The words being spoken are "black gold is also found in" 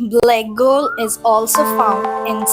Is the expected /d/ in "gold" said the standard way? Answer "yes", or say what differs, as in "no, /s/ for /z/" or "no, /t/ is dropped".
no, /d/ is dropped